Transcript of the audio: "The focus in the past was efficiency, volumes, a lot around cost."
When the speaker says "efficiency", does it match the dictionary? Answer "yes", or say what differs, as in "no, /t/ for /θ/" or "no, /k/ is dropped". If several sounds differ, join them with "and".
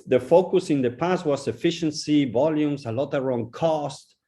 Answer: yes